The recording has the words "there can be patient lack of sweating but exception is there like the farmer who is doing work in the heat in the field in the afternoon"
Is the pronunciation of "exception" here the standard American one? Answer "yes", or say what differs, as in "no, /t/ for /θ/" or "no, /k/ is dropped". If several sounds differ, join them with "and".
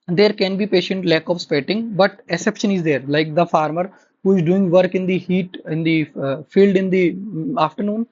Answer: no, /k/ is dropped